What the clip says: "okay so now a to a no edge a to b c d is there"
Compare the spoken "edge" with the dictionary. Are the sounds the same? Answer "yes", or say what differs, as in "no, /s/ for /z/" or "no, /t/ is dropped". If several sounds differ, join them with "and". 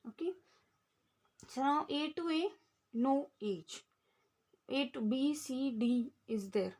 no, /tʃ/ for /dʒ/